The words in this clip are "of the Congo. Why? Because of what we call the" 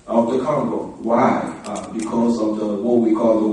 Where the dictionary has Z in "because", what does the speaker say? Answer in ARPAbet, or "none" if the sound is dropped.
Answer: Z